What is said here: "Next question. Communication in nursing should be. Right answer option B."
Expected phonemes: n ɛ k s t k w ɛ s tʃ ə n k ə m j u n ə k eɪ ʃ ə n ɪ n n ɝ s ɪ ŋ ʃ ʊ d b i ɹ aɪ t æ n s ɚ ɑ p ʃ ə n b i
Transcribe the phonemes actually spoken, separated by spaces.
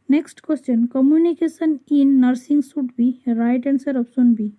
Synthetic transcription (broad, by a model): n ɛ k s t k w ɛ s tʃ ə n k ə m j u n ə k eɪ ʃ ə n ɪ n n ɝ s ɪ ŋ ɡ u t b i ɹ aɪ t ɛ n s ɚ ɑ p s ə n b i